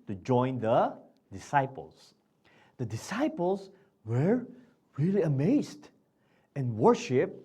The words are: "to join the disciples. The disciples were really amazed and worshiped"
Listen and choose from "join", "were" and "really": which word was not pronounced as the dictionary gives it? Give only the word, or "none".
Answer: none